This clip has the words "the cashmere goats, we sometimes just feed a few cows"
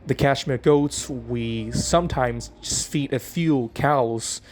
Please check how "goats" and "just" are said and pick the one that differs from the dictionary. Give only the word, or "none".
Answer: none